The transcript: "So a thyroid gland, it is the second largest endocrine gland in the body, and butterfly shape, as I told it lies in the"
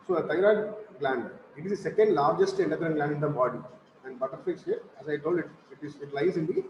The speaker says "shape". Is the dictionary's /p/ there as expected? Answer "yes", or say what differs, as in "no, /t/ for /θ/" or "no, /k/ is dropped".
no, /p/ is dropped